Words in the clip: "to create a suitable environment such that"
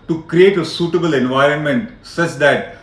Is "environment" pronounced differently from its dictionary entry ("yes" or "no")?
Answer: no